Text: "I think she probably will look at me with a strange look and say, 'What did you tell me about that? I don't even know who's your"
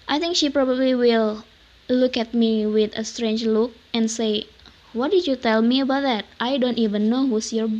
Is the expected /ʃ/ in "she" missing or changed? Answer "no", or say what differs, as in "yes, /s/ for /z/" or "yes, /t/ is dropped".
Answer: no